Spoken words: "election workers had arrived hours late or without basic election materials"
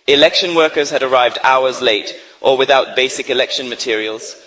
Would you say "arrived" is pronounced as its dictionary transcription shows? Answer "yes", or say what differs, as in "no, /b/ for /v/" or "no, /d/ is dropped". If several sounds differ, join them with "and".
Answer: yes